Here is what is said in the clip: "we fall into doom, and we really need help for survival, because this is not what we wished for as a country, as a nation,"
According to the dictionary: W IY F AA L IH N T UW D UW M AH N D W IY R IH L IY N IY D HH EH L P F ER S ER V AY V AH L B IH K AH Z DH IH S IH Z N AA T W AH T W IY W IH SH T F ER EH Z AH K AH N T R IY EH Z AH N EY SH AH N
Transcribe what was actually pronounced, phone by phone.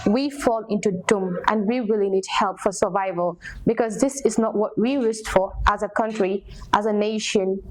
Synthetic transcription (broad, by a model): W IY F AA L IH N T UW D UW M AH N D W IY W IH L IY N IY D HH EH L P F ER S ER V AY V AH L B IH K AH Z DH IH S IH Z N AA T W AH T W IY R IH S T F ER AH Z AH K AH N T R IY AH Z AH N EY SH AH N